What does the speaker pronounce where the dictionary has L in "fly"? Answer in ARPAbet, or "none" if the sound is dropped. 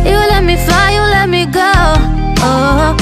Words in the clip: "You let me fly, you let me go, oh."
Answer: none